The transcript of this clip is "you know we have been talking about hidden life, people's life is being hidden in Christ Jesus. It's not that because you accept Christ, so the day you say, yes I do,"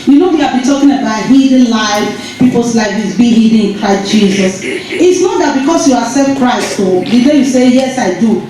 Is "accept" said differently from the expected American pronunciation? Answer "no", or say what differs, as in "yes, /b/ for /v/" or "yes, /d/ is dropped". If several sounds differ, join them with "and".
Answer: yes, /k/ is dropped